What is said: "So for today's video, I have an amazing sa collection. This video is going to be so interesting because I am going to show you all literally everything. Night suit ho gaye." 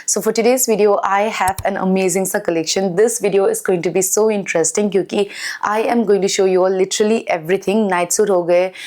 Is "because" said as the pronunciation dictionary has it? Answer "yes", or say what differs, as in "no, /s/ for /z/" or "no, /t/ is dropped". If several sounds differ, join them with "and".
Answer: no, /z/ is dropped